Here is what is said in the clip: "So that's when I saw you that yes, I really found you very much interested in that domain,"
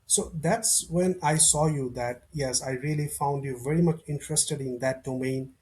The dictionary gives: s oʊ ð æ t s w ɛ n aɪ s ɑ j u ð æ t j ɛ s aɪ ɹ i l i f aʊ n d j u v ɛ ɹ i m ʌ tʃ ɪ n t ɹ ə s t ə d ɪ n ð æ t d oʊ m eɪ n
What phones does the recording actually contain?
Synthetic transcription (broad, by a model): s oʊ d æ t s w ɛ n aɪ s ɑ j u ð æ t j ɛ s aɪ ɹ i l i f aʊ n d j u v ɛ ɹ i m ʌ tʃ ɪ n t ɹ ə s t ə d ɪ n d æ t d oʊ m eɪ n